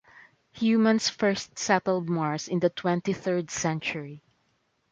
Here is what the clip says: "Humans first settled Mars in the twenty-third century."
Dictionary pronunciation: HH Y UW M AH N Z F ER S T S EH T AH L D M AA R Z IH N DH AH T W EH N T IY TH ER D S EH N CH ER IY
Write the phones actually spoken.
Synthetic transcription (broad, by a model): HH Y UW M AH N S F ER S T S EH T AH L D M AA R S IH N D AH T W EH N T IY TH ER D S EH N CH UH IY